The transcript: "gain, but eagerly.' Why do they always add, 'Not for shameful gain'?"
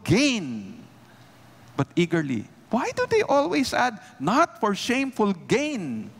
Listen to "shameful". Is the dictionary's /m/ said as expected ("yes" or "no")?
yes